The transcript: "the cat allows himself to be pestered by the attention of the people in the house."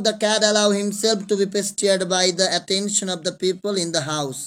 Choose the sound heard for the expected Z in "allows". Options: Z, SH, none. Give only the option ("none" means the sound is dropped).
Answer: none